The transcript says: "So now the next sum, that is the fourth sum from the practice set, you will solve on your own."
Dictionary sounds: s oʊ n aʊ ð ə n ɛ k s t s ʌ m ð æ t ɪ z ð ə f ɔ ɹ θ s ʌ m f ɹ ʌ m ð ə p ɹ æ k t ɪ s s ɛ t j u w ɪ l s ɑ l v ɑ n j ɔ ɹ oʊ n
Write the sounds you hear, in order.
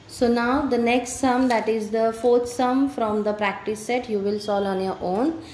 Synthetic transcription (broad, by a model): s oʊ n aʊ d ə n ɛ k s t s ʌ m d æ t ɪ z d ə f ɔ ɹ t s ʌ m f ɹ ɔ m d ə p ɹ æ k t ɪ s s ɛ t j u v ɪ l s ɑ l ɑ n j ɔ ɹ oʊ n